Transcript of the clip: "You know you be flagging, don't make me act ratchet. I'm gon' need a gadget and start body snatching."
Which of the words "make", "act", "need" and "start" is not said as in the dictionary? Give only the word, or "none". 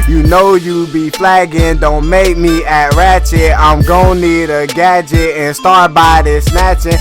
act